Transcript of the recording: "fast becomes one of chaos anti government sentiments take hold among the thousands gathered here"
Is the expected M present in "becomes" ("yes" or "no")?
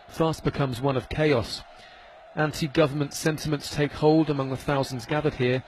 yes